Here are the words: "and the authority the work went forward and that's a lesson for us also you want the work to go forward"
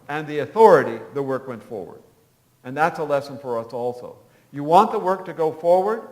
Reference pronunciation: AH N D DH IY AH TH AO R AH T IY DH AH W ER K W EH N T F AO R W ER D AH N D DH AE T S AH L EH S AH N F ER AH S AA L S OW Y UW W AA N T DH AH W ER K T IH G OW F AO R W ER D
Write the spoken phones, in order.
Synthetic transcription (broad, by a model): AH N DH IY AH TH AO R AH T IY DH AH W ER K W EH N T F AO R W ER D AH N DH AE T S AH L EH S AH N F ER AH S AA L S OW Y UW W AA N DH AH W ER K T IH G OW F AO R W ER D